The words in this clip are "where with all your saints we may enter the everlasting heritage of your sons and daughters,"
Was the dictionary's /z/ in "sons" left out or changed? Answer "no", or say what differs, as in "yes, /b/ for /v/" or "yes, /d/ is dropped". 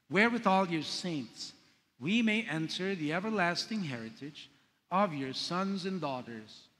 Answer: no